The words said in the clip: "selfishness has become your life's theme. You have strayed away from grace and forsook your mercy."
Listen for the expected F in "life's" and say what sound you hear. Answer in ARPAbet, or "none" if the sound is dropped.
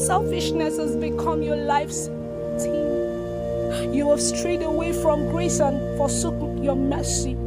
F